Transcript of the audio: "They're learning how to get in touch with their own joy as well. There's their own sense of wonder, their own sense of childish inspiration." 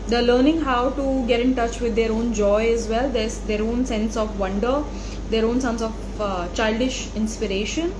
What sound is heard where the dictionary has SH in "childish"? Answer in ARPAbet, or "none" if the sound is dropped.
SH